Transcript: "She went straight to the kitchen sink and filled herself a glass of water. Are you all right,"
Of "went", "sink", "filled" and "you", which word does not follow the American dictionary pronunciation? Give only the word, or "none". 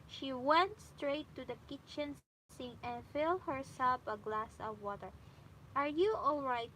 sink